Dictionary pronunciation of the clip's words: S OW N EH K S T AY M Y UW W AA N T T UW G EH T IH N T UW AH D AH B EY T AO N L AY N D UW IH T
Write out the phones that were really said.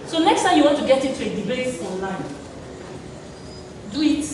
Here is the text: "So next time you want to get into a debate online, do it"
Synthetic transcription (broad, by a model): S OW N EH K S T AY M Y UW W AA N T T UW G EH T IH T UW AH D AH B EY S AO N L AY N D UW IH T